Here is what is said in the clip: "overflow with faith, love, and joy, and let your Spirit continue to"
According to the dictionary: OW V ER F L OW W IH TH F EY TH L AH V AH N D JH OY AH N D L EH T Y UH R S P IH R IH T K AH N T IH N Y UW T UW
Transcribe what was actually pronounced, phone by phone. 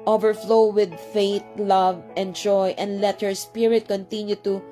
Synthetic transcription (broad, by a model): OW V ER F L OW W IH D F EY T L AH V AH N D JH OY AH N D L EH T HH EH R S P IH R IH T K AH N T IH N Y UW T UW